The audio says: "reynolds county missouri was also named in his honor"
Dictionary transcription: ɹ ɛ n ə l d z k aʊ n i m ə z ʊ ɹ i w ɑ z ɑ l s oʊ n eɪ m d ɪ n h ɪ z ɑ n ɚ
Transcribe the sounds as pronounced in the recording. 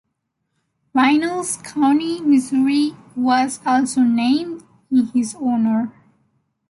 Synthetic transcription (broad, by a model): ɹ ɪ n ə l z k aʊ n i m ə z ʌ ɹ i w ɑ z ɑ l s oʊ n eɪ m d ɪ n h ɪ z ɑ n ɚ